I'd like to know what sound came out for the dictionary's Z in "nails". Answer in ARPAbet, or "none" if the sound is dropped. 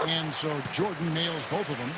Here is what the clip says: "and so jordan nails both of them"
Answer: Z